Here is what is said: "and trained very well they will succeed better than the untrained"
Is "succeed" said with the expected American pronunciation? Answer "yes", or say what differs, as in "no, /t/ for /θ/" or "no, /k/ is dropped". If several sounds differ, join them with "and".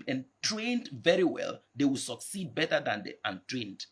yes